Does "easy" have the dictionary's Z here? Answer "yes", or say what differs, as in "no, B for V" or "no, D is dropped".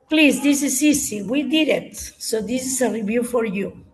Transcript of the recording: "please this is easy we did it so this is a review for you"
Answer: no, S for Z